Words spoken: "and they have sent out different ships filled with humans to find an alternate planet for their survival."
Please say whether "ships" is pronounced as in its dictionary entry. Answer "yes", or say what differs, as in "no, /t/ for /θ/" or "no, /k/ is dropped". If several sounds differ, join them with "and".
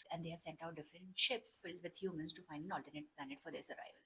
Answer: yes